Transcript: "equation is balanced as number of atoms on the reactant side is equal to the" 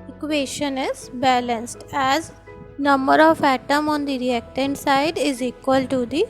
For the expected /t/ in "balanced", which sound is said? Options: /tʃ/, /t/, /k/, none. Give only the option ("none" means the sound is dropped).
/t/